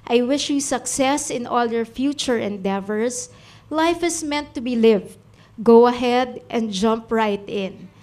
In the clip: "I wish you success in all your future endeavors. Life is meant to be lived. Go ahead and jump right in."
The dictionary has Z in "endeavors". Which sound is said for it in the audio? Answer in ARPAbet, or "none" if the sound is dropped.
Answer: S